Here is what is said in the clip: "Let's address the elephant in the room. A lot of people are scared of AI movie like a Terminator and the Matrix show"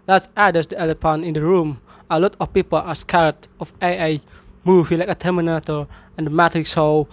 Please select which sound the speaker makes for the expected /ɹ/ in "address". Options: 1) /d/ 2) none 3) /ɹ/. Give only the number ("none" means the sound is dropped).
2